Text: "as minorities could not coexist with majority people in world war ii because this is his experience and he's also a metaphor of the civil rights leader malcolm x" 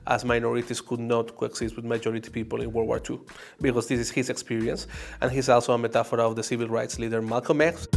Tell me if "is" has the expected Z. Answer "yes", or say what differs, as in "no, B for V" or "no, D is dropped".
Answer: no, S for Z